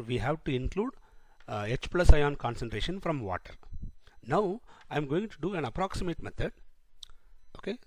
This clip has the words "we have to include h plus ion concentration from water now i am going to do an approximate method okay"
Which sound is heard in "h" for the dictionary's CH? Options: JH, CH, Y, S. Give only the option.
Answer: CH